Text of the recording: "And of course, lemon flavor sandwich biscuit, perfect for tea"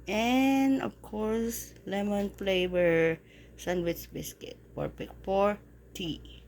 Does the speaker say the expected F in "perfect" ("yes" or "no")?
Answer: no